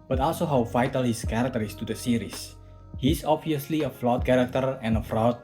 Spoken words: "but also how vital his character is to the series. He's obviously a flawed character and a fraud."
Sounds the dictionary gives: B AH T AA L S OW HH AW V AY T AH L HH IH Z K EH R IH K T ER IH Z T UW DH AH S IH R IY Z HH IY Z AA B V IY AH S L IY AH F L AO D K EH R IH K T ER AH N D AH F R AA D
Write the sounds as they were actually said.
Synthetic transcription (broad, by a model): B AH T AA L S OW HH AW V AY T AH L HH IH S K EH R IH K T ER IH S T UW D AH S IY R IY S HH IY S AA B V IY AH S L IY AH F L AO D K EH R IH K T ER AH N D AH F R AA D